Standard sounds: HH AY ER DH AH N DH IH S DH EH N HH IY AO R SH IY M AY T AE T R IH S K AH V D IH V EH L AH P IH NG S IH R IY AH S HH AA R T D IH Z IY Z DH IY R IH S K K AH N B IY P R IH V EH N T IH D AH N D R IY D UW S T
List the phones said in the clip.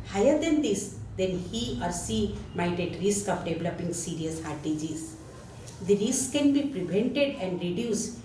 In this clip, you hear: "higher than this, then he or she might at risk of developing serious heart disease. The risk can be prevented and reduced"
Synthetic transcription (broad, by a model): HH AY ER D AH N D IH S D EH N HH IY AO R S IY M AY T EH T R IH S K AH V D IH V L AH P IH NG S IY R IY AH S HH AA R T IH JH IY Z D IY R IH S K K AH N B IY P R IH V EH N T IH D AH N D R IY D UW S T